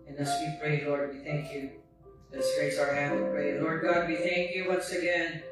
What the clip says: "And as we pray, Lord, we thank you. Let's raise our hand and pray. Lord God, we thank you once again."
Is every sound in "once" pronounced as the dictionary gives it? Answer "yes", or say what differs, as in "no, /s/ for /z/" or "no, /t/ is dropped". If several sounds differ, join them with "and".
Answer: yes